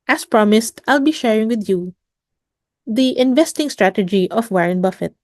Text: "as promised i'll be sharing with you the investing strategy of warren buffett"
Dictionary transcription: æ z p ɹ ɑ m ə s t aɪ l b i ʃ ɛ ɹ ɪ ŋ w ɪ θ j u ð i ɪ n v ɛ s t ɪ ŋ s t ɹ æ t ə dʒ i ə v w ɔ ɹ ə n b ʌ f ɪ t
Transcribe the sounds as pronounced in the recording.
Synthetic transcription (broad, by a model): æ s p ɹ ɑ m ə s t aɪ l b i ʃ ɛ ɹ ɪ ŋ w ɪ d j u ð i ɪ n v ɛ s t ɪ ŋ s t ɹ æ t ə dʒ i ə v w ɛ ɹ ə n b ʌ f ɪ t